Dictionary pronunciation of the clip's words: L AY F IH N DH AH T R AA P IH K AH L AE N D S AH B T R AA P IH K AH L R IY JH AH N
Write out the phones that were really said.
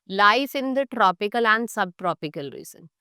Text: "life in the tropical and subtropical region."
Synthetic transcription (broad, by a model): L AY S IH N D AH T R AA P IH K AH L AE N D S AH B T R AA P IH K AH L R IY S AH N